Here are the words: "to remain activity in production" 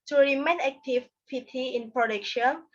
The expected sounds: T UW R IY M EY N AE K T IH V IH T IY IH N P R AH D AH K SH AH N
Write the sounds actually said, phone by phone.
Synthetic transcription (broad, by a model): T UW R IY M EY N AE K T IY P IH T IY IH N P R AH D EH K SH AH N